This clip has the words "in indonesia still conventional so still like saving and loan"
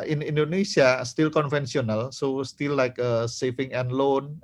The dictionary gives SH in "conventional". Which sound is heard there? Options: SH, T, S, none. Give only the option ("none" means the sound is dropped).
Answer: S